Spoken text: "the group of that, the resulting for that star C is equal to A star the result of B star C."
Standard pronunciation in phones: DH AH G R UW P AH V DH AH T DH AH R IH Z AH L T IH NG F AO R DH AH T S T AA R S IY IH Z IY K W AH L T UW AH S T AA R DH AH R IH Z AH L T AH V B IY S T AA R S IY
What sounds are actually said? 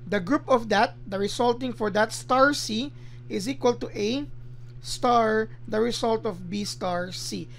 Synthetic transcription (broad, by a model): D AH G R UW P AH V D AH T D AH R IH S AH L T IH NG F AO R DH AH T S T AA R S IY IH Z IY K W AH L T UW AH S T AA R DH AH R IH S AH L T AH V B IY S T AA R S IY